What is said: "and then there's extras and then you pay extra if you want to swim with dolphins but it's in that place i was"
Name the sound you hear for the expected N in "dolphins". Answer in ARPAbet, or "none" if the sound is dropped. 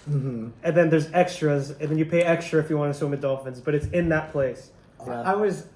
N